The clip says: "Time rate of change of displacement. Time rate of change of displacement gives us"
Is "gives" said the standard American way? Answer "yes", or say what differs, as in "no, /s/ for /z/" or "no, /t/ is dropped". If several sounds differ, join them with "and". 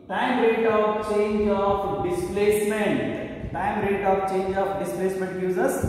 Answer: no, /v/ is dropped